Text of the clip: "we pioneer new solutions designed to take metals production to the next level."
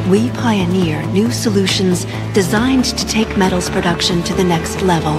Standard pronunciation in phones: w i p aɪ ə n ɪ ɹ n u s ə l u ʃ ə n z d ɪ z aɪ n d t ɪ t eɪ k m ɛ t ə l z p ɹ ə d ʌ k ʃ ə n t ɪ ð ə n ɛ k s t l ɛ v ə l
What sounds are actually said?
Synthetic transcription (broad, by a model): w i p aɪ ə n ɪ ɹ n u s ə l u ʃ ə n z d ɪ z aɪ n t ɪ t eɪ k m ɛ t l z p ɹ ə d ʌ k ʃ ə n t ɪ ð ə n ɛ k s t l ɛ v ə l